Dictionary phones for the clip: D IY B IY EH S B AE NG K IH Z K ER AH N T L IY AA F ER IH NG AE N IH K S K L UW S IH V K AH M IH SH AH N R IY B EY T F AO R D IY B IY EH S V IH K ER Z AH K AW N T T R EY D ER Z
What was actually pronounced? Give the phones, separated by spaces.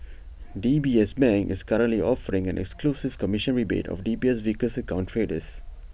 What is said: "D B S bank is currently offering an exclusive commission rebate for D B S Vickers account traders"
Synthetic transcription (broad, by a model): D IY B IY EH S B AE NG IH S K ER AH N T L IY AA F ER IH NG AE N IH K S K L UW S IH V K AH M IH SH AH N R IY B EY T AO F D IY B IY EH S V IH K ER S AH K AW N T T R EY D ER S